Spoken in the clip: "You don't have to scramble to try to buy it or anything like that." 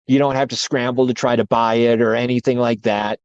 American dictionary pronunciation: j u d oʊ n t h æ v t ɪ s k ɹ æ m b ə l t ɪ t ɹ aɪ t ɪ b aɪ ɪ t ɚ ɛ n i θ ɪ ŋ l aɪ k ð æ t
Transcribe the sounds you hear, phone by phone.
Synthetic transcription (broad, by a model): j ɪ d oʊ n t h æ f t ɪ s k ɹ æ m b l t ɪ t ɹ aɪ t ɪ b aɪ ɪ t ɚ ɛ n i θ ɪ ŋ l aɪ k ð æ t